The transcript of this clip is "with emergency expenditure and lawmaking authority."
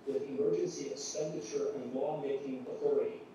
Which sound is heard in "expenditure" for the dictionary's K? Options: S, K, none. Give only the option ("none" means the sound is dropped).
none